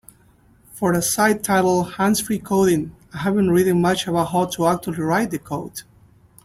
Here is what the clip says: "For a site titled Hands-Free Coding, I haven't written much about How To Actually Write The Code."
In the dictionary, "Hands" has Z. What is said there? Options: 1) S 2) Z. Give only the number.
1